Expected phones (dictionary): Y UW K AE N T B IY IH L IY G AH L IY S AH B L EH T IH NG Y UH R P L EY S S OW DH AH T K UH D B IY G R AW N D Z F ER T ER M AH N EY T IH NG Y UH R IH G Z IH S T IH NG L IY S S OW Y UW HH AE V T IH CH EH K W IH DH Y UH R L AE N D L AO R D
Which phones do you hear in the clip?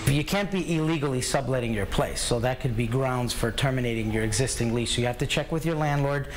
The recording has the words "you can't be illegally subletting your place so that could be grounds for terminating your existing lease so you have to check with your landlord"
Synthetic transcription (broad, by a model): Y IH K AE N T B IY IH L IY G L IY S AH B L EH T IH NG Y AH R P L EY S S OW DH AH T K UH D B IY G R AW N D Z F ER T ER M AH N EY T IH NG Y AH R IH G Z IH S T IH NG L IY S S OW Y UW HH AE F T IH CH EH K W IH DH Y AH R L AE N D L AO R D